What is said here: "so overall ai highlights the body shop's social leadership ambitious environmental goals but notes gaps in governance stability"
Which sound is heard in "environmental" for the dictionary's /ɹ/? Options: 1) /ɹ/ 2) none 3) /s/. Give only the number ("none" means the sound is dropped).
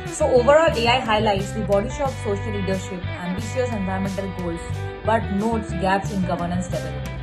2